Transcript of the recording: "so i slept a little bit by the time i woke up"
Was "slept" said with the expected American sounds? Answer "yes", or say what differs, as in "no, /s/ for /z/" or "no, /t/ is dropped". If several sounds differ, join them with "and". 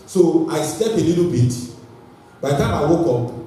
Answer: no, /t/ is dropped